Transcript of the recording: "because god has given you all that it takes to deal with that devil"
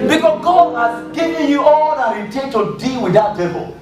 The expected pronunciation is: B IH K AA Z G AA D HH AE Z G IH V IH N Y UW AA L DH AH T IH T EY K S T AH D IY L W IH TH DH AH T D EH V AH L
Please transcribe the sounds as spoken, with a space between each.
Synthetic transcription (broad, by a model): B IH K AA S G AA D HH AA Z G IH V IH N Y UW AA L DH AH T IH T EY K T AH D IY L W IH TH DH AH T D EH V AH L